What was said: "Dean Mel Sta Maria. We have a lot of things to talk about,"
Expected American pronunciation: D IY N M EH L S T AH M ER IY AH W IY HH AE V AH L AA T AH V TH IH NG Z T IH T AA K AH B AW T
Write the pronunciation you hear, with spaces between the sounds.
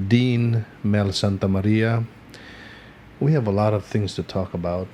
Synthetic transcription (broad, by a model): D IY N M EH L S T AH M ER IY AH W IY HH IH V AH L AA T AH V TH IH NG Z T IH T AA K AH B AW T